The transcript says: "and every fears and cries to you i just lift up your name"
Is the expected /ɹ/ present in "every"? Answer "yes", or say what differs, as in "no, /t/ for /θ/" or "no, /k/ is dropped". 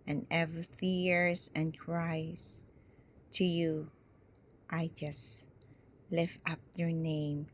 no, /ɹ/ is dropped